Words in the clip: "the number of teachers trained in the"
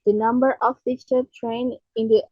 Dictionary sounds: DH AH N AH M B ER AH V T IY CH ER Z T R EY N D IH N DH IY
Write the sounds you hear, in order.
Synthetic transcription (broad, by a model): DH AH N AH M B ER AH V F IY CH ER T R EY N IH N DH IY